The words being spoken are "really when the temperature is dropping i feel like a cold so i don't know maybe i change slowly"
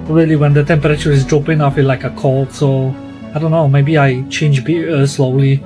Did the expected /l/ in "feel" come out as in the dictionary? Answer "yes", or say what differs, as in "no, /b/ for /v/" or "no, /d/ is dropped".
no, /n/ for /l/